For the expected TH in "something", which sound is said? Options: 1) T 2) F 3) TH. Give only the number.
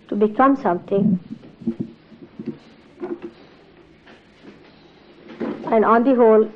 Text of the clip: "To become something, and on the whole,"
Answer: 1